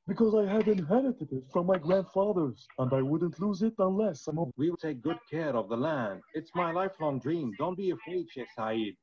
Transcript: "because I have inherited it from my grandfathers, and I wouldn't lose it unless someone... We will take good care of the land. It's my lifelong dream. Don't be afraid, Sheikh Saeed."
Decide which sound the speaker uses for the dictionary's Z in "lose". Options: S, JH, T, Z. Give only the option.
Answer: Z